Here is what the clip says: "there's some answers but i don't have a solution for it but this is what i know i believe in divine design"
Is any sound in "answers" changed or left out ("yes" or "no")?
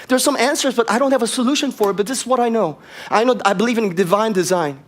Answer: no